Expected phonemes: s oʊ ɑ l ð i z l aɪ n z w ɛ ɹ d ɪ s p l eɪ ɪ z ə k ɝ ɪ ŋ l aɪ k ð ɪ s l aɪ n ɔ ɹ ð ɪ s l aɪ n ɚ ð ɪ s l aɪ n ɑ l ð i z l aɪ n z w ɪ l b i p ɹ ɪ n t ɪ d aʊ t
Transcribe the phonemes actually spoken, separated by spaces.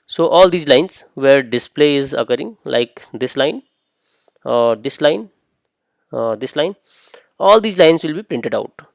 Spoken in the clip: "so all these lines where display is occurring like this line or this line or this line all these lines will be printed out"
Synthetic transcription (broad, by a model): s oʊ ɑ l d i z l aɪ n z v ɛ ɹ d ɪ s p l eɪ ɪ z ə k ɝ ɪ ŋ l aɪ k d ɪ s l aɪ n ɔ ɹ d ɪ s l aɪ n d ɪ s l aɪ n ɑ l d i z l aɪ n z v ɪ l b i p ɹ ɪ n t ɪ d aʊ t